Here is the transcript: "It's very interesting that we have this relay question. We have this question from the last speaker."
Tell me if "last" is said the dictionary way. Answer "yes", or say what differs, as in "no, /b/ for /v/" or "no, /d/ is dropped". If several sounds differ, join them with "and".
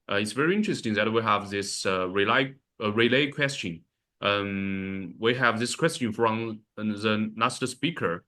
no, /n/ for /l/